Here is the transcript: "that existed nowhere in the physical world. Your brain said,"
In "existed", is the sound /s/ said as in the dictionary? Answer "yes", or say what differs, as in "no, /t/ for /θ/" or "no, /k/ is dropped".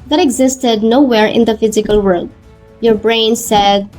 yes